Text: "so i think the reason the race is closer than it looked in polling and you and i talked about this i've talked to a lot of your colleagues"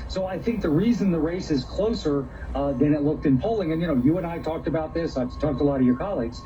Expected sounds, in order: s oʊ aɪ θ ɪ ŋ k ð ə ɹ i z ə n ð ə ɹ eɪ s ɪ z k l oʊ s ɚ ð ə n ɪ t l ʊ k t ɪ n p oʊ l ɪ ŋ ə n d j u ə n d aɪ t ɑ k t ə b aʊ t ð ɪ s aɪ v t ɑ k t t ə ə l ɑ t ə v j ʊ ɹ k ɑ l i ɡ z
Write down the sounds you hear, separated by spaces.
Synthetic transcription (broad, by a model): s oʊ aɪ θ ɪ ŋ k ð ə ɹ i z ə n ð ə ɹ eɪ s ɪ z k l oʊ s ɚ ð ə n ɪ t l ʊ k t ɪ n p oʊ l ɪ ŋ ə n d j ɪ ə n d aɪ t ɑ k t ə b aʊ t ð ɪ s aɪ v t ɑ k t t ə ə l ɑ t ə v j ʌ ɹ k ɑ l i ɡ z